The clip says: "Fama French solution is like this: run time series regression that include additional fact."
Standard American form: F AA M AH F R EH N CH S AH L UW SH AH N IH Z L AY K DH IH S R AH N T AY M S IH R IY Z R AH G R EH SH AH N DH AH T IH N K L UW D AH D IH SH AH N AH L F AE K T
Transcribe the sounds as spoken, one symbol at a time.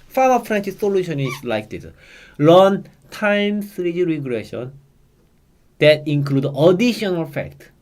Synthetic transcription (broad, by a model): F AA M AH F R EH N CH S AH L UW SH AH N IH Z L AY K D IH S L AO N T AY M S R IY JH R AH G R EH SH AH N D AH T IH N K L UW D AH D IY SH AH N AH L F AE K T